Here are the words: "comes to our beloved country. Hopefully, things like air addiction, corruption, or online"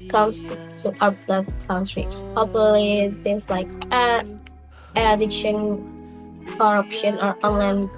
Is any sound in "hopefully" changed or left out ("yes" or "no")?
yes